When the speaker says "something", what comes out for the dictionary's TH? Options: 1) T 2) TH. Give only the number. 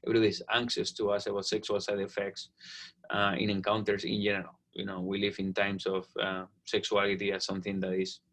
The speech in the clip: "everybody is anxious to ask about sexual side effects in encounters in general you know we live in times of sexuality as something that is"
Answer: 2